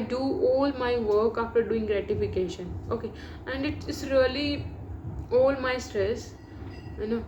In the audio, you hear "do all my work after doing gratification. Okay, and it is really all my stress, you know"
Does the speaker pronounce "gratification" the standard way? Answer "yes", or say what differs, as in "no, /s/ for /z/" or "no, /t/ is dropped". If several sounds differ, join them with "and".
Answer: yes